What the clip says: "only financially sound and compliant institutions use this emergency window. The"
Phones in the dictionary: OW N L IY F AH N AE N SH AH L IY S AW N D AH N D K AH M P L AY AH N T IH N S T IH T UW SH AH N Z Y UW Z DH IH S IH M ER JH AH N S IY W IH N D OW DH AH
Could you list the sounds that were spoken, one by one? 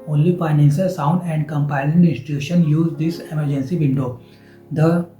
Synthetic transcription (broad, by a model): OW N L IY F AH IH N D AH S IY S AW N D AH N D K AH M P AY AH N IH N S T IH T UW SH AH N Y UW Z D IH S IH M ER JH AH N S IY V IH N D OW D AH